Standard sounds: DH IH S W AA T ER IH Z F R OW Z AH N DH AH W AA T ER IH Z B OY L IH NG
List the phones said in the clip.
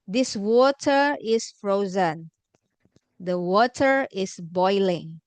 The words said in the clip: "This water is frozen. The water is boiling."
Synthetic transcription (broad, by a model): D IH S W AA T ER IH S F R OW Z AH N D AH W AA T ER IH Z B OY L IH NG